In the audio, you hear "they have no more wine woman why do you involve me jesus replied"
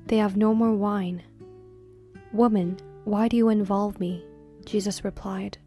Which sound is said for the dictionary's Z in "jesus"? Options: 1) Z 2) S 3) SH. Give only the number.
1